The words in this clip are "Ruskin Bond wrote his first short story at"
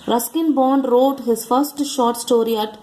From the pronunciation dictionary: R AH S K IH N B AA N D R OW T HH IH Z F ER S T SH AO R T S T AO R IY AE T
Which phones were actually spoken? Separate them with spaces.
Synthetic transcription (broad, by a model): R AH S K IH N B AA N D R OW T HH IH Z F ER S T SH AO R T S T AO R IY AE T